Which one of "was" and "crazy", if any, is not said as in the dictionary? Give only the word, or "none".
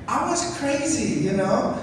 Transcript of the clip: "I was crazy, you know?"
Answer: none